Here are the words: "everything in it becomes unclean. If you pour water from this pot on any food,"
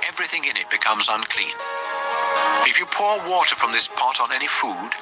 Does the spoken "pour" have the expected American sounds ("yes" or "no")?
yes